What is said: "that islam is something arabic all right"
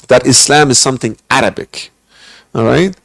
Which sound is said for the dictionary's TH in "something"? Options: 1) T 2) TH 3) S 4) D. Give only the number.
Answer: 2